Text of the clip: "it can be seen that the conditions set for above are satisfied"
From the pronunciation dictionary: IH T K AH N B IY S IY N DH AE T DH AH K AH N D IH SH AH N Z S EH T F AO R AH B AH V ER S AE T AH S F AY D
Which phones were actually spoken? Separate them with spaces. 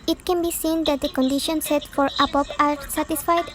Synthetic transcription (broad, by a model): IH T K AH N B IY S IY N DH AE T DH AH K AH N D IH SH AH N S EH T F AO R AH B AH P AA S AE T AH S F AY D